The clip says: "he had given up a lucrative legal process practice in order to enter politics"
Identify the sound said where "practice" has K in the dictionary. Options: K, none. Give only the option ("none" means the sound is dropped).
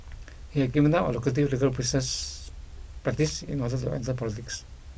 none